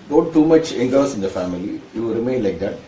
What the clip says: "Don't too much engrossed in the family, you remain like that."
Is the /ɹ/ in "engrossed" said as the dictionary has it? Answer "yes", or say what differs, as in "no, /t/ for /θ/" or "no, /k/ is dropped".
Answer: no, /ɹ/ is dropped